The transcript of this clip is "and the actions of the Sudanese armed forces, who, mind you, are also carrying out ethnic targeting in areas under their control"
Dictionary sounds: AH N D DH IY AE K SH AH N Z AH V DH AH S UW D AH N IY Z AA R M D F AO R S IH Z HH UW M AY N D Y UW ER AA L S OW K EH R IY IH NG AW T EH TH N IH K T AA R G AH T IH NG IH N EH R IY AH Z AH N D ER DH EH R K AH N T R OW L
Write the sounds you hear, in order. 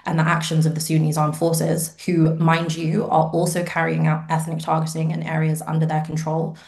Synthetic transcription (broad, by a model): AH N DH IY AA K SH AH N Z AH V DH AH S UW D N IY Z AA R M F AO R S IH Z HH UW M AY N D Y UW ER AA L S OW K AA R IY IH NG AW T EH TH N IH K T AA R G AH T IH NG IH N EH R IY AH Z AH N D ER DH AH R K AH N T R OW L